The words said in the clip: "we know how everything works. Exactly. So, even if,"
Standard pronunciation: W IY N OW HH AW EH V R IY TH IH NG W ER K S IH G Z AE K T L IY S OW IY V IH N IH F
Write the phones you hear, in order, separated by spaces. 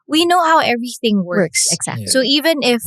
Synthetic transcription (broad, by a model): W IY N OW HH AW EH V R IY TH IH NG W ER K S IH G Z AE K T S OW IY V IH N IH F